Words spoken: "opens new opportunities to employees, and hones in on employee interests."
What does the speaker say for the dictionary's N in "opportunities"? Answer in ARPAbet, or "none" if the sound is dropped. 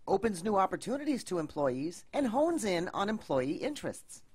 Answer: N